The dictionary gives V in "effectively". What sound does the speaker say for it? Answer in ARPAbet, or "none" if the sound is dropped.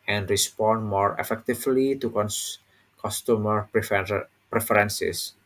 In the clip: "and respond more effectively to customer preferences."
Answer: F